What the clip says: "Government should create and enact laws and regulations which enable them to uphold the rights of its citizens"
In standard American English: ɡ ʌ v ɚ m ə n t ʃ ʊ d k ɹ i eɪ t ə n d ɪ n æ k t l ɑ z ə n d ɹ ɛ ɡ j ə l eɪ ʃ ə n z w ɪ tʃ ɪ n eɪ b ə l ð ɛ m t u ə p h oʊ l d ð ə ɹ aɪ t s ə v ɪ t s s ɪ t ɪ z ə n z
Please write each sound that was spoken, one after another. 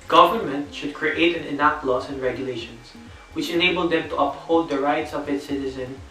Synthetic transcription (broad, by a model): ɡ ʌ v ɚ m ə n t ʃ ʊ d k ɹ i eɪ t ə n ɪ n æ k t l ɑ s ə n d ɹ ɛ ɡ j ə l eɪ ʃ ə n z w ɪ tʃ ɪ n eɪ b ə l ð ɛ m t u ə p h oʊ d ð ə ɹ aɪ t s ə v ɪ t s s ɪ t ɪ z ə n